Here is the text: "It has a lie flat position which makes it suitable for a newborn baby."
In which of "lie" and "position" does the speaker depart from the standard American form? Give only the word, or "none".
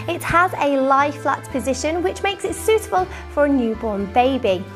none